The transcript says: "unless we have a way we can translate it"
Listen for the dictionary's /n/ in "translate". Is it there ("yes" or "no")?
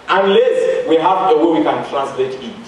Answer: yes